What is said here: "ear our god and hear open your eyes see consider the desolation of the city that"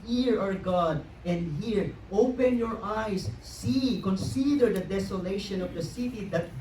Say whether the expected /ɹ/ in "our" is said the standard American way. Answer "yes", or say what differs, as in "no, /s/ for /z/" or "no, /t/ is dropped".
yes